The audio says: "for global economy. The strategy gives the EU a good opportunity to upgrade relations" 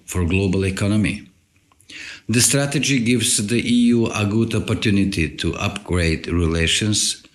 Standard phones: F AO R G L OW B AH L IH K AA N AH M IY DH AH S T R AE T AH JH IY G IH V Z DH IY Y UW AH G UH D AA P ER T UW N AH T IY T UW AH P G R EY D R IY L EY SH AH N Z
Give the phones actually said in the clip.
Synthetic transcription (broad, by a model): F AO R G L OW B AH L IH K AA N AH M IY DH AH S T R AE T AH JH IY G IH V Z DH IY Y UW AH G UH D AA P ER T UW N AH T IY T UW AH P G R EY D R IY L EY SH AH N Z